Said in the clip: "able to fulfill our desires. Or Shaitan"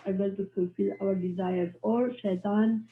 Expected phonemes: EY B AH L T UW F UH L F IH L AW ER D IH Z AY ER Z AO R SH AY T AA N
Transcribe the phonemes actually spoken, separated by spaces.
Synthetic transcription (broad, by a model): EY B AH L T UW F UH L F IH L AW ER D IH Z AY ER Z AO R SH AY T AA N